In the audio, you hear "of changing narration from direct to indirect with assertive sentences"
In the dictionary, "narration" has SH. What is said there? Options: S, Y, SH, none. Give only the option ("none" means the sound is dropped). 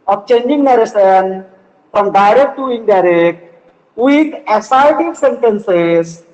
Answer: S